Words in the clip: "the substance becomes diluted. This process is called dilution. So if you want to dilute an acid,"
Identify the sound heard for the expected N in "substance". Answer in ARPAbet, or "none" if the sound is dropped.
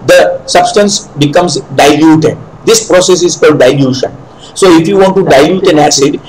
N